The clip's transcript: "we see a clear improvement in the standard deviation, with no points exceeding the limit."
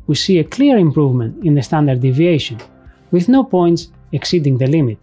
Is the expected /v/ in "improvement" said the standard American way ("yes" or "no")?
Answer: yes